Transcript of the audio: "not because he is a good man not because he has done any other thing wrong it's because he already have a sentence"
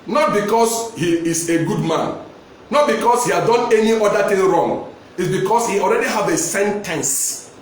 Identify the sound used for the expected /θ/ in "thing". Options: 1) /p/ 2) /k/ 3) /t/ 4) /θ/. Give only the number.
3